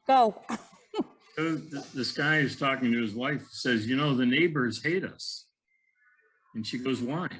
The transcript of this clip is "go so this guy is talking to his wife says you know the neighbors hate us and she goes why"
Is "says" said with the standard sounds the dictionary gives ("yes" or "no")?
yes